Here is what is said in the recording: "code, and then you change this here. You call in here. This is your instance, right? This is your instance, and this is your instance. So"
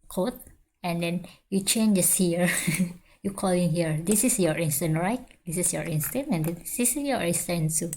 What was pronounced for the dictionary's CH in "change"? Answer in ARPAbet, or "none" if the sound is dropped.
CH